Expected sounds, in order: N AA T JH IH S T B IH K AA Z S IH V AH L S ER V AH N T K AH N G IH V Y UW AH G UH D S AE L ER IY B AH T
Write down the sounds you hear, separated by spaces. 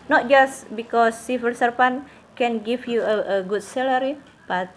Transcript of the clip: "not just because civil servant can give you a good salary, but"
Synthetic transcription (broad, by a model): N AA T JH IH S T B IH K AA S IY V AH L S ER P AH N K AH N G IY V Y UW AH G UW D S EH L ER IY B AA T